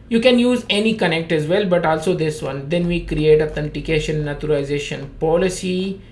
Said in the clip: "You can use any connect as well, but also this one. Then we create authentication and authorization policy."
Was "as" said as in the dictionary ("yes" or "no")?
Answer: yes